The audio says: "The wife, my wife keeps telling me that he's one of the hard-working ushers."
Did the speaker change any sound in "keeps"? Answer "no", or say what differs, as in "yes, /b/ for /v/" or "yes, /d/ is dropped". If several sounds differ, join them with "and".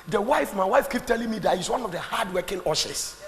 yes, /s/ is dropped